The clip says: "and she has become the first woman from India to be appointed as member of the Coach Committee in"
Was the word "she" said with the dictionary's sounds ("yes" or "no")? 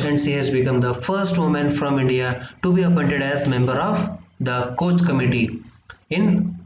no